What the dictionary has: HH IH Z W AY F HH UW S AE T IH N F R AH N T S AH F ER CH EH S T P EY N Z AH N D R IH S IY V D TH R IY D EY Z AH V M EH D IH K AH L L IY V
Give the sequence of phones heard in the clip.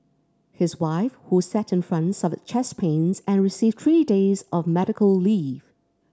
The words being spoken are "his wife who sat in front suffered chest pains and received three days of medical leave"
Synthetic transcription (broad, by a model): HH IH Z W AY F HH UW S AE T IH N F R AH N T S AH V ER CH EH S P EY N Z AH N R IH S IY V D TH R IY D EY Z AH V M EH D IH K AH L L IY V